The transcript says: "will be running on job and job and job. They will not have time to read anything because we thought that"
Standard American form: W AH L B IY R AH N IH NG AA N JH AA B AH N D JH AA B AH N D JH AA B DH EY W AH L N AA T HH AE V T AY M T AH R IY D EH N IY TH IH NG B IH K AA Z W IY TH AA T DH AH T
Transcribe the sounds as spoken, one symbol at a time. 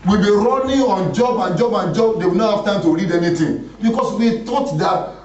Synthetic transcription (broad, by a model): W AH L B IY R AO N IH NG AA N JH AA B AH N JH AA B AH N JH AA B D EY W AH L N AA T HH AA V T AY M T AH R IY D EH N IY T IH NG B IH K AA S W IY T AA T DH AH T